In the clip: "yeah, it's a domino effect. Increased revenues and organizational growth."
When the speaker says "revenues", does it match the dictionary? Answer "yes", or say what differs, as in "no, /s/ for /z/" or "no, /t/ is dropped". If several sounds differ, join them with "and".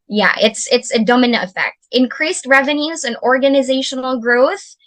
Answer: yes